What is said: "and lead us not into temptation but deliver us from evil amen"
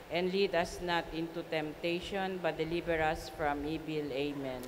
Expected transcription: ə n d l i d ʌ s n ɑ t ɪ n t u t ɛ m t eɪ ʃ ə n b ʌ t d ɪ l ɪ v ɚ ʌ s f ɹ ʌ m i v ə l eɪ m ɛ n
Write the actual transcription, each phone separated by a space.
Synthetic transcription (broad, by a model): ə n d l i d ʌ s n ɑ t ɪ n t u t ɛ m t eɪ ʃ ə n b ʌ t d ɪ l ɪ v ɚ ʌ s f ɹ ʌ m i b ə l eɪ m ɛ n